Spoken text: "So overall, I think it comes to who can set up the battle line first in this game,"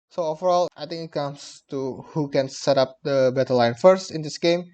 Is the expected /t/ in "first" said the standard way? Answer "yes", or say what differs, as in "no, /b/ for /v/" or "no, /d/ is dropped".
yes